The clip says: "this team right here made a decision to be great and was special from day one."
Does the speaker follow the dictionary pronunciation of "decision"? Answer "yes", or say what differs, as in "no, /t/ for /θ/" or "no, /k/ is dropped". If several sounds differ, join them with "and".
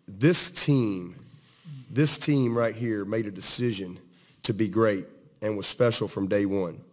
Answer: yes